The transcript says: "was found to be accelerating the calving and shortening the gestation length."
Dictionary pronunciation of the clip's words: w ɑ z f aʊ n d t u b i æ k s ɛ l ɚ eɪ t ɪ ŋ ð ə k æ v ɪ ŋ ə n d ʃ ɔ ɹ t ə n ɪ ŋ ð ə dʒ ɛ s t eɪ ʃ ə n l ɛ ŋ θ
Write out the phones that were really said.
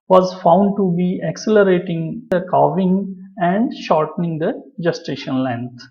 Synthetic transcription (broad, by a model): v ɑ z f aʊ n d t u b i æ k s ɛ l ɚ eɪ t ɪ ŋ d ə k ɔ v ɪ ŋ ə n d ʃ ɔ ɹ t ə n ɪ ŋ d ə dʒ ɛ s t eɪ ʃ ə n l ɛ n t